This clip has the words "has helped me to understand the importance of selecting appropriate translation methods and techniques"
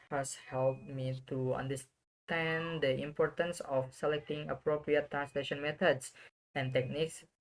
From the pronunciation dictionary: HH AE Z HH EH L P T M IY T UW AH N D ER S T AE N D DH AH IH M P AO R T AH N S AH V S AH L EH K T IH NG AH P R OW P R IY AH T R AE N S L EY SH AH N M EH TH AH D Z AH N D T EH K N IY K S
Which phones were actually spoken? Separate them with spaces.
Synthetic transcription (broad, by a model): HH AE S HH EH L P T M IY T UW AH N D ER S T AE N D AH IH M P AO R T AH N S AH F S AH L EH K T IH NG AH P R OW P R IY AH T R AE N S L EY SH AH N M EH T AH D S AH N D T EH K N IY K S